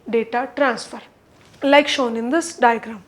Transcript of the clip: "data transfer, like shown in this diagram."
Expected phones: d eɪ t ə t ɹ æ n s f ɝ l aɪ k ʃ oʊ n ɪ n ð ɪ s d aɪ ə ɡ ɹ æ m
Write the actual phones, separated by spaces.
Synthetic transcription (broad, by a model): d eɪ t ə t ɹ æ n s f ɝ l aɪ k ʃ oʊ n ɪ n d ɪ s d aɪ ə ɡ ɹ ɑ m